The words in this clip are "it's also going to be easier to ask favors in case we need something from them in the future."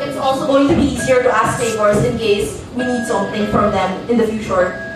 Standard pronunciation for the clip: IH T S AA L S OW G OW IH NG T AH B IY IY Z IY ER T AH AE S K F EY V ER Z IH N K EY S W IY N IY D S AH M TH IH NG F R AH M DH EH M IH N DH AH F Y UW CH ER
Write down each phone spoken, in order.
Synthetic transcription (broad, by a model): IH T S AA L S OW G OW IH NG T AH B IY IY Z IY ER T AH AE S K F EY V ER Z IH N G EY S W IY N IY D S AH M TH IH NG F R AH M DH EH M IH N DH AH F Y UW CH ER